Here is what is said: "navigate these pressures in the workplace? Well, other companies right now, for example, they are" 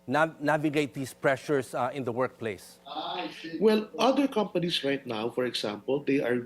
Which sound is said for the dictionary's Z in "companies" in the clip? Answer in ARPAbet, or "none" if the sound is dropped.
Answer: S